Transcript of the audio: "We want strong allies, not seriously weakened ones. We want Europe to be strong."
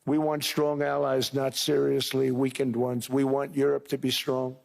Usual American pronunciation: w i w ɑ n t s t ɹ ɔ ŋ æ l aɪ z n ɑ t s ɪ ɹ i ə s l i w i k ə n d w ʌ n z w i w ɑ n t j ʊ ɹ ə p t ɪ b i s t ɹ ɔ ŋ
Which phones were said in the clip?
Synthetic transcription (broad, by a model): w i w ɑ n t s t ɹ ɔ ŋ æ l aɪ z n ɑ t s ɪ ɹ i ə s l i w i k ə n d w ʌ n z w i w ɑ n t j ʊ ɹ ə p t ɪ b i s t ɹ ɔ ŋ